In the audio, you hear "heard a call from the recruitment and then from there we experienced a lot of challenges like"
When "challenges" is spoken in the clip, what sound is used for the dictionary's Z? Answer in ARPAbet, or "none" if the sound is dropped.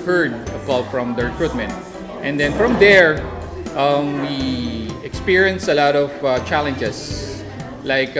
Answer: S